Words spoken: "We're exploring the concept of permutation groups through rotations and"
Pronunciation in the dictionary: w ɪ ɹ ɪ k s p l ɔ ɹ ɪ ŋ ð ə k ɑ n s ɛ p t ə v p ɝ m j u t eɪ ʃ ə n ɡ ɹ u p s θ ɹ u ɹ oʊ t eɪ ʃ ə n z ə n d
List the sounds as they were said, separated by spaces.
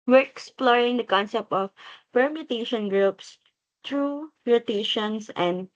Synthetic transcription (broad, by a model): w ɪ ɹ ɪ k s p l ɔ ɹ ɪ ŋ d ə k ɑ n s ɛ p t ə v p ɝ m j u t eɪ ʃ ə n ɡ ɹ u p s t ɹ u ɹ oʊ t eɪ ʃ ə n s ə n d